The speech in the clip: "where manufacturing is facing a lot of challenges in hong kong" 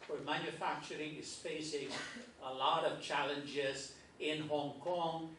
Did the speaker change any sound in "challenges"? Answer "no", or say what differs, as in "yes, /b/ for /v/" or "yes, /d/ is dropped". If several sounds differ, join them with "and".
no